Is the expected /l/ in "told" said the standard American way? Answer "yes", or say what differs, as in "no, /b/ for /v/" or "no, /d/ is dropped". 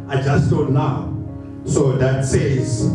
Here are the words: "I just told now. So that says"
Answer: no, /l/ is dropped